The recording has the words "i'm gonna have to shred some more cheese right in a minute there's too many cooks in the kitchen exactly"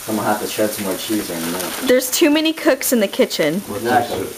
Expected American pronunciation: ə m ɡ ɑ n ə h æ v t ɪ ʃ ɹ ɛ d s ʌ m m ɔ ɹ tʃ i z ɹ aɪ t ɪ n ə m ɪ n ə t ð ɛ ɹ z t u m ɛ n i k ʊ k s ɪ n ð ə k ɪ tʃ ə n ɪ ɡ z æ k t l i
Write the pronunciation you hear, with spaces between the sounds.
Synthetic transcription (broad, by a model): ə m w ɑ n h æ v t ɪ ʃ ɛ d s ʌ m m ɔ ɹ tʃ i z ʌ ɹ ɪ n ə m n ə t ð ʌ ɹ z t u m ɛ n i k ʊ k s ɪ n ð ə k ɪ tʃ ə n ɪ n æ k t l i